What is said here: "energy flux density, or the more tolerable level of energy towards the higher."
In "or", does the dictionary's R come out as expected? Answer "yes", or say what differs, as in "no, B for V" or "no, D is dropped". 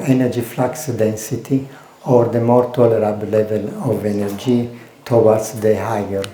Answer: yes